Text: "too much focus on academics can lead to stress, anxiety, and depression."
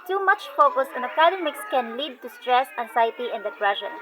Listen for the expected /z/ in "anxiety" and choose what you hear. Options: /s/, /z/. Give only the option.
/s/